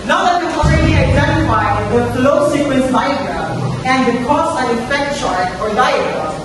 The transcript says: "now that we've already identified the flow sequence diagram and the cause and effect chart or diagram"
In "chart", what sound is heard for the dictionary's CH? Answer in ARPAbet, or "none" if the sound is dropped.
SH